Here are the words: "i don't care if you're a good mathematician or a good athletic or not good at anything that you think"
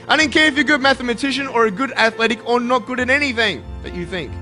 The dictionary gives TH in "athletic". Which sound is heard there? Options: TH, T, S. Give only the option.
TH